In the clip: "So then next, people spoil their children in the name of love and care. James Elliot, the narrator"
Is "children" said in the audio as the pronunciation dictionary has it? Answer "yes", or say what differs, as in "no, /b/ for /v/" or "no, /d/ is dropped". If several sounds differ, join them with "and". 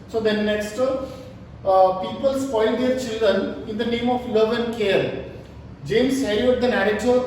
yes